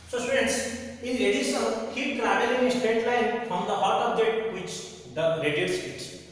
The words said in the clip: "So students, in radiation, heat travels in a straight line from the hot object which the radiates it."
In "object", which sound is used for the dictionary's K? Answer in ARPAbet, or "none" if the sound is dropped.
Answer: none